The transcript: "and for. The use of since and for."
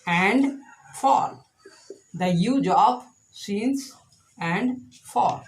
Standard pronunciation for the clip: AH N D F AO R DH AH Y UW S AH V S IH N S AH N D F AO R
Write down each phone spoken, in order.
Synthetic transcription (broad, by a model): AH N D F AO R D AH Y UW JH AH P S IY N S AH N D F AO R